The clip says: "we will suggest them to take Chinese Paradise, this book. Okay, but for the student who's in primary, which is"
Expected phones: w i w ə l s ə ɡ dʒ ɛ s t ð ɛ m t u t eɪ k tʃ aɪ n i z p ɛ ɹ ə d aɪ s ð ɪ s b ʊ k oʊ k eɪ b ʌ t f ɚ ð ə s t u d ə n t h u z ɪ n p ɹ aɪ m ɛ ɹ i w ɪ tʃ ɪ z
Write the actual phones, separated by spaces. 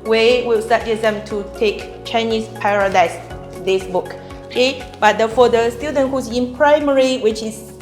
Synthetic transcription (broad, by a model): w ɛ w ə l s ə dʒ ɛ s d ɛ m t u t eɪ k tʃ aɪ n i s p ɛ ɹ ə d aɪ s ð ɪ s b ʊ k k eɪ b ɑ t f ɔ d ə s t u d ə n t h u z ɪ n p ɹ aɪ m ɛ ɹ i w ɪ tʃ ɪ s